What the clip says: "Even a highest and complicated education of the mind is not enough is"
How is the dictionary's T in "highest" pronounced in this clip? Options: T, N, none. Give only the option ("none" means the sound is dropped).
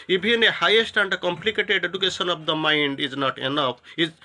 T